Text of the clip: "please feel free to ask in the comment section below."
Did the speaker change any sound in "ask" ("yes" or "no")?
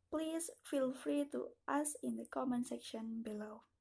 yes